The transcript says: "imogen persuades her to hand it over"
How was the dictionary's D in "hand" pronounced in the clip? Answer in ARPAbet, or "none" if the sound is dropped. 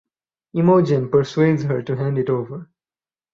D